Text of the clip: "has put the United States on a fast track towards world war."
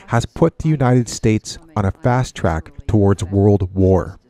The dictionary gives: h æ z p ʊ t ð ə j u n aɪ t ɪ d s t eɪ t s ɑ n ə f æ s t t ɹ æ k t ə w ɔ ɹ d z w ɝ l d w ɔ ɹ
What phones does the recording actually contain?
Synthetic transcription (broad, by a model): h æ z p ʊ t ð ə j u n aɪ t ɪ d s t eɪ t s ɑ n ə f æ s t t ɹ æ k t ə w ɔ ɹ d z w ɝ l d w ɔ ɹ